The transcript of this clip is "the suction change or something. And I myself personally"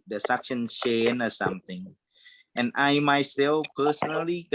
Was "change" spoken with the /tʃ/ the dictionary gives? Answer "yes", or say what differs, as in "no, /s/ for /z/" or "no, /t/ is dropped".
no, /ʃ/ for /tʃ/